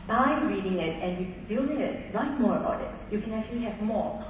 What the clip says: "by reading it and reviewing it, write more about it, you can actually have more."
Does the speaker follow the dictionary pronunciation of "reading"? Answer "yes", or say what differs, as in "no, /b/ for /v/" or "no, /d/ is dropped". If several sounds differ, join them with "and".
yes